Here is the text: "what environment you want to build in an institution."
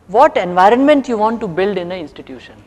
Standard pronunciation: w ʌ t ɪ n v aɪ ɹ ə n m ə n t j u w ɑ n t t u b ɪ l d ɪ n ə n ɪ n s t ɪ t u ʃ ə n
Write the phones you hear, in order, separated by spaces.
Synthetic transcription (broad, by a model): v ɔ t ɪ n v aɪ ɹ ə n m ə n t j u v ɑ n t t u b ɪ l d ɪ n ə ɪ n s t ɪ t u ʃ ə n